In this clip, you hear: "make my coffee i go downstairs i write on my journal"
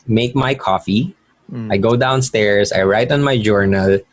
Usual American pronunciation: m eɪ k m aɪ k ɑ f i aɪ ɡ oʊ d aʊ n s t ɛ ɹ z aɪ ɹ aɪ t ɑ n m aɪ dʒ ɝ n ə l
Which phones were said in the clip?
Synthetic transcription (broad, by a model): m eɪ k m aɪ k ɑ f i aɪ ɡ oʊ d aʊ n s t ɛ ɹ s aɪ ɹ aɪ t ɑ n m aɪ dʒ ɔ n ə l